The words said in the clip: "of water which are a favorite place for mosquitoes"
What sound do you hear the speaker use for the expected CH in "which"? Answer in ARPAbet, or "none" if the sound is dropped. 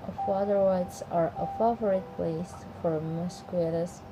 S